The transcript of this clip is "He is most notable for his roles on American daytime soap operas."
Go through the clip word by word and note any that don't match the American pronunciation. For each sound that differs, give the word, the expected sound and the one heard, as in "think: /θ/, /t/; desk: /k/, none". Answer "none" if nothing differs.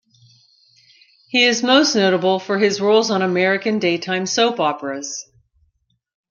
none